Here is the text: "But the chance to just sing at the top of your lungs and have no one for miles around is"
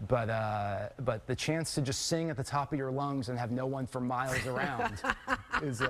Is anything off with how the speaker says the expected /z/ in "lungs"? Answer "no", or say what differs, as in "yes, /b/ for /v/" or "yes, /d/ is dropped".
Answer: no